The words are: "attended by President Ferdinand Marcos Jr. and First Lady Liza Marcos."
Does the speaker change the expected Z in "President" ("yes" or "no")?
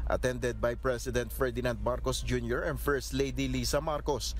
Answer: yes